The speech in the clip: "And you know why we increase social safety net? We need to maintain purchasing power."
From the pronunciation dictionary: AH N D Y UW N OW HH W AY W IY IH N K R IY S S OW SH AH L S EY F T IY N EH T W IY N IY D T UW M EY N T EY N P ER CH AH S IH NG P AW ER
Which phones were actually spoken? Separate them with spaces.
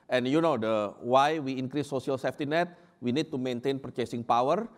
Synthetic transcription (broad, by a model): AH N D Y UW N OW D W AY W IY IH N K R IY S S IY AH L S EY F T IY N EH T W IY N IY D T UW M EY N T EY N P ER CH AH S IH NG P AW ER